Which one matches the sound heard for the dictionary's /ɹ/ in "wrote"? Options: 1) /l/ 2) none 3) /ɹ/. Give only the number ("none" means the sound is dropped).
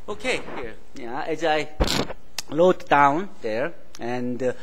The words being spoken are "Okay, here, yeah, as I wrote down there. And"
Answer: 1